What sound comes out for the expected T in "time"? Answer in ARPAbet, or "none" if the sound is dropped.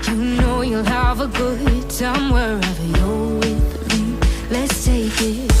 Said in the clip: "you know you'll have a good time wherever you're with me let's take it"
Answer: S